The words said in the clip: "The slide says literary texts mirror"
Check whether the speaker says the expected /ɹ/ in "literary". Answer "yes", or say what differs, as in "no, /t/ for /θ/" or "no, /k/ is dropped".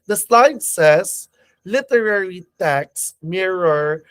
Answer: yes